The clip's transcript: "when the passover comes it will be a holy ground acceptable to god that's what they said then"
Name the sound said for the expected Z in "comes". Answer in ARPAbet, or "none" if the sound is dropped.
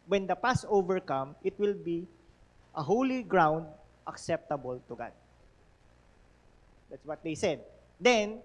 none